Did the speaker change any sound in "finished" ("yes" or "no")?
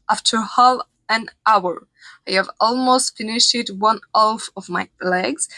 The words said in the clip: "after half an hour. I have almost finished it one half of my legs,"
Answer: yes